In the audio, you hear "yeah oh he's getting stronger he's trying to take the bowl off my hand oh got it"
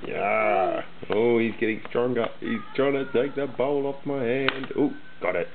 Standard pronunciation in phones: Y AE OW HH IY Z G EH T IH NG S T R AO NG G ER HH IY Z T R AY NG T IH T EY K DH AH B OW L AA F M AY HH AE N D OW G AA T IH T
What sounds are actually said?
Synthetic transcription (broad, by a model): Y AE OW HH IY Z G EH T IH NG S T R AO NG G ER HH IY Z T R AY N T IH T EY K DH AH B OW L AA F M AY HH AE N D OW G AA T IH T